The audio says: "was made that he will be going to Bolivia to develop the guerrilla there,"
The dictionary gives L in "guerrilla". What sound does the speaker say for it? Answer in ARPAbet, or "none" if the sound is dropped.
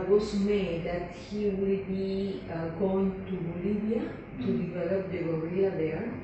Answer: none